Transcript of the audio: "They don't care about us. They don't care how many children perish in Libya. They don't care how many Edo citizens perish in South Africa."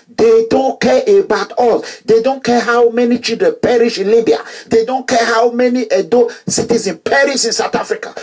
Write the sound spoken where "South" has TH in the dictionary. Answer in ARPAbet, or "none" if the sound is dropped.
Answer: T